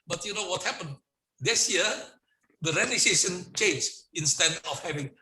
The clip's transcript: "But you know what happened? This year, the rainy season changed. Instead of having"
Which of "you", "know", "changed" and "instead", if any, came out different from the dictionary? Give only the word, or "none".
changed